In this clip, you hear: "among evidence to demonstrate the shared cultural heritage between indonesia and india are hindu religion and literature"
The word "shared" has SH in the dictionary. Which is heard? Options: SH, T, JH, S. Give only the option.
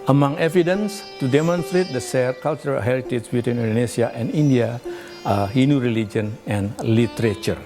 S